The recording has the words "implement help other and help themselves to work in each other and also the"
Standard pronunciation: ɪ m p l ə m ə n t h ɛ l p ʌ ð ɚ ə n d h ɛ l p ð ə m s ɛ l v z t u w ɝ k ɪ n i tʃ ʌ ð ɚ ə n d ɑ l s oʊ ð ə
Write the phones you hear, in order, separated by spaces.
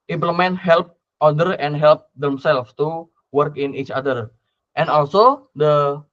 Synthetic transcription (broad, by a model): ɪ m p l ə m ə n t h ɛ l p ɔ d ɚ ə n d h ɛ l p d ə m s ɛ l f t u w ɝ k ɪ n i tʃ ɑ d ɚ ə n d ɑ l s oʊ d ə